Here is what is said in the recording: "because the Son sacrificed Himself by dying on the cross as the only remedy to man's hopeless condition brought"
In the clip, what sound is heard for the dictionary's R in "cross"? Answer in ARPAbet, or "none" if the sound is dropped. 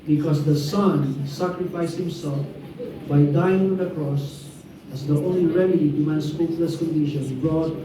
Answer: R